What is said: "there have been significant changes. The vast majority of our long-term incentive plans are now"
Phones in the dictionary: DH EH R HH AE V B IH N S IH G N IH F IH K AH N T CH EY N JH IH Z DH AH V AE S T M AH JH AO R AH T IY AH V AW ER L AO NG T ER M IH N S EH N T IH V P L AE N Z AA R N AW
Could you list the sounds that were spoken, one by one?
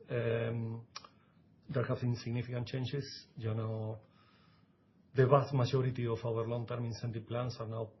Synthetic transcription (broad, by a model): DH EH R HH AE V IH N S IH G N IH F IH K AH N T CH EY N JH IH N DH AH B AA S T M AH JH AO R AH T IY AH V AW ER L AO NG T ER M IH N S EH N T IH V P L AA N S AA R N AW